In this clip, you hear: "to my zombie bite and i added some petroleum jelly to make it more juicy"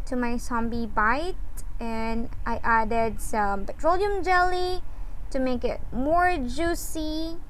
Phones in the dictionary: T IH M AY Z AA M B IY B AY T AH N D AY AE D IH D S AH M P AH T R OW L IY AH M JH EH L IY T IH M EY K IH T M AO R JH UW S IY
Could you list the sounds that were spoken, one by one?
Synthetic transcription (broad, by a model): T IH M AY S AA M B IY B AY T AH N AY AE D IH D S AH M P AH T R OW L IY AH M JH EH L IY T IH M EY K IH T M AO R JH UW S IY